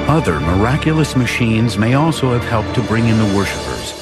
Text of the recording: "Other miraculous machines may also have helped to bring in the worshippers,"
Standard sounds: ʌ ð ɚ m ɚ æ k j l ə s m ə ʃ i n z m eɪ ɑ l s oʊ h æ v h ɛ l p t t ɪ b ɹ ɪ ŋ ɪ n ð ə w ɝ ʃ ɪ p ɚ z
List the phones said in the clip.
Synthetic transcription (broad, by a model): ʌ ð ɚ m ɚ æ k j l ə s m ə ʃ i n z m eɪ ɑ l s oʊ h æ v h ɛ l p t t ɪ b ɹ ɪ ŋ ɪ n ð ə w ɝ ʃ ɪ p ɚ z